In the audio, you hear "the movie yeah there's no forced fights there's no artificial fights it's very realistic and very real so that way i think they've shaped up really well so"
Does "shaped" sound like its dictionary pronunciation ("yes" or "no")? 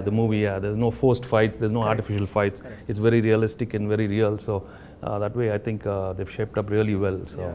yes